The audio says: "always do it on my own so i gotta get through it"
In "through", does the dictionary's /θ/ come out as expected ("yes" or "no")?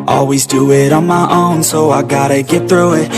yes